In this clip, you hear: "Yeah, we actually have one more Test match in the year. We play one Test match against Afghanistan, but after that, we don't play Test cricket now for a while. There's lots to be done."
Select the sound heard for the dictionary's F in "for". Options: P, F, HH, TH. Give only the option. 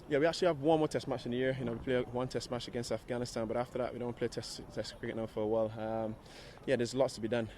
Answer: F